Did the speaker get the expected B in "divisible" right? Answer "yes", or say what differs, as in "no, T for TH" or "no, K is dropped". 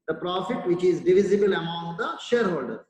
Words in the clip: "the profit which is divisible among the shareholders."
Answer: yes